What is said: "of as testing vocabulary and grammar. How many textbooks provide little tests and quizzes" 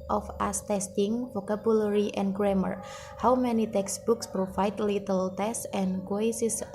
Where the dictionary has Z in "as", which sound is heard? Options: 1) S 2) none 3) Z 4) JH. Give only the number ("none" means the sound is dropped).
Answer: 1